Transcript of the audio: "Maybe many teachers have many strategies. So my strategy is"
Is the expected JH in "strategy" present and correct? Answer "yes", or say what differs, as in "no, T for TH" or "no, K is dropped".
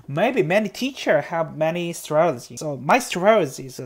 no, Z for JH